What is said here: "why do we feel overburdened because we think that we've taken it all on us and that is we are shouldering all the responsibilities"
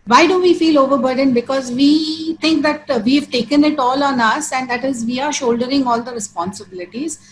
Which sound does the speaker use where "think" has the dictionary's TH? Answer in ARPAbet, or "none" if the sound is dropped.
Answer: T